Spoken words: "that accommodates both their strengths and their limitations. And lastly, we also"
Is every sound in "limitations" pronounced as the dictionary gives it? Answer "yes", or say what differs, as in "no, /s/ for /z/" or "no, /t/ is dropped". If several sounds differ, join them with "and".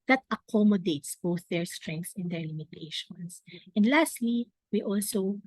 no, /s/ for /z/